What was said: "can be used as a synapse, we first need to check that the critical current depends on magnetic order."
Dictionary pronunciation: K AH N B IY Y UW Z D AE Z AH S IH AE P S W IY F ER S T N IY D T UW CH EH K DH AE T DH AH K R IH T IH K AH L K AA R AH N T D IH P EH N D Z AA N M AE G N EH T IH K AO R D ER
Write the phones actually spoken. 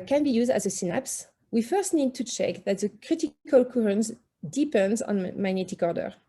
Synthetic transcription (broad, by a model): K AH N B IY Y UW Z D AE Z AH S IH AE P S W IY F ER S T N IY D T UW CH EH K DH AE T DH AH K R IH T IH K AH L K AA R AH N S D IH P EH N D Z AA N M AE G N EH T IH K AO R D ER